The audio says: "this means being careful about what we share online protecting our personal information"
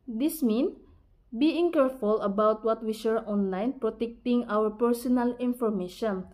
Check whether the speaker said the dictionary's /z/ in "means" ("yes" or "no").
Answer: no